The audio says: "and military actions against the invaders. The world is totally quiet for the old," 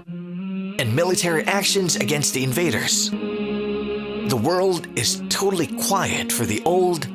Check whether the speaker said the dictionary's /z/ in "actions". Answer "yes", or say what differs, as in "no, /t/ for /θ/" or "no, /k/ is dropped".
yes